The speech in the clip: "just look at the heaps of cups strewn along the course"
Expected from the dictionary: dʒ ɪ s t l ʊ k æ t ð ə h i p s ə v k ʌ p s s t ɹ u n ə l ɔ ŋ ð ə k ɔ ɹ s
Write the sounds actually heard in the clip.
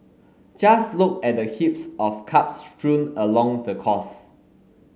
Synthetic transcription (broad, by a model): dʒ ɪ s l ʊ k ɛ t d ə h i p s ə f k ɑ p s s t ɹ u n ə l ɔ ŋ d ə k ɔ s